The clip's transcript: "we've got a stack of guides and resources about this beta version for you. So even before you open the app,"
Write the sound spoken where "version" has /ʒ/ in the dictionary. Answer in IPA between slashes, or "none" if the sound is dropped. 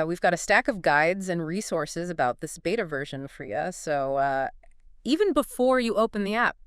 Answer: /ʒ/